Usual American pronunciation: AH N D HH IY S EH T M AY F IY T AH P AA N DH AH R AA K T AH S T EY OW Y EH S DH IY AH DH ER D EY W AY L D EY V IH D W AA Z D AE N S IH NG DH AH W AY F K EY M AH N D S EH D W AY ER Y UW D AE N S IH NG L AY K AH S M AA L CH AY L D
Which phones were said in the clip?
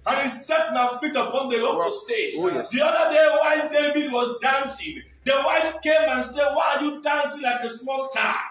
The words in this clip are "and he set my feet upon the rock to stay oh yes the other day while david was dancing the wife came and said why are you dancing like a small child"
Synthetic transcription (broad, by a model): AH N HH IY S EH T M AY F IY T AH P AA N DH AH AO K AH S T EY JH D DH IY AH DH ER D EY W AY N D EY V IH D W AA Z D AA N S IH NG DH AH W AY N K EY M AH N S EH D W AY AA Y UW D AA N S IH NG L AY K AH S M AA L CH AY